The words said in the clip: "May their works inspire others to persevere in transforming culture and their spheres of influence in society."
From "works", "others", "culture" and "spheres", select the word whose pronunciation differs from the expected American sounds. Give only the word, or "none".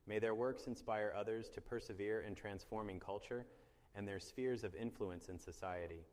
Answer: none